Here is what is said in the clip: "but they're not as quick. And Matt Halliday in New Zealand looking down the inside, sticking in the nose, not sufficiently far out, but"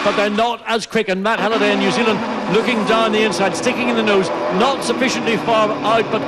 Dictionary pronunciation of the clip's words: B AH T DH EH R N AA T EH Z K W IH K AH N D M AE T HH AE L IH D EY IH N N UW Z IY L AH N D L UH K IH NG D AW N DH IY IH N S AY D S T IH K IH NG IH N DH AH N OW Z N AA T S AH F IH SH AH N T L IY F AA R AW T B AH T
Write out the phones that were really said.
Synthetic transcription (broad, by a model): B AH T DH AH R N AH T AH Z K W IH K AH N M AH T HH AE L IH D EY IH N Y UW Z IY L AH N D L UH K IH NG D AW N DH IY IH N S AY D S T IH K IH NG IH N DH AH N OW Z N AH T S AH F IH SH AH N T L IY F AA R AW T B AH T